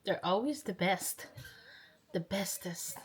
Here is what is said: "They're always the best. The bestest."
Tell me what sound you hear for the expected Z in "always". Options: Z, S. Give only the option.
Z